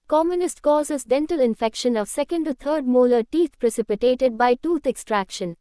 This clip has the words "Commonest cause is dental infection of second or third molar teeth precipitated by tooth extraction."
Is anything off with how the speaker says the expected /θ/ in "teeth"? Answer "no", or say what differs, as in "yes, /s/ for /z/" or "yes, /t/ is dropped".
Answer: yes, /t/ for /θ/